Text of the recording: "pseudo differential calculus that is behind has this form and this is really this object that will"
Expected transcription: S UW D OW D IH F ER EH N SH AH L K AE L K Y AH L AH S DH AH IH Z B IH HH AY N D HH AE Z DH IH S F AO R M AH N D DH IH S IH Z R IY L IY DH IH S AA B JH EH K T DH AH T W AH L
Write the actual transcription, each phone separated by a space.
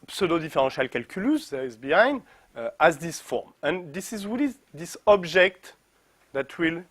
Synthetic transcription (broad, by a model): S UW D OW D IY F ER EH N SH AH L K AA L K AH L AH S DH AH IH Z B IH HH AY N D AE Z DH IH S F AO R M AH N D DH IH S IH Z W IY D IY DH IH S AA B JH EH K T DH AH T W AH L